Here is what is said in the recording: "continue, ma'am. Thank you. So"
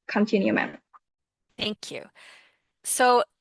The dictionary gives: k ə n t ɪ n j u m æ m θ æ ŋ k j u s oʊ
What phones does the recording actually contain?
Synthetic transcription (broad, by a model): k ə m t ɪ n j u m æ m θ æ ŋ k j u s oʊ